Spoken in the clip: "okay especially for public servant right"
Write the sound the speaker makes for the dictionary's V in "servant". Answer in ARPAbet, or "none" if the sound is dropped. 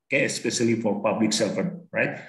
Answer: F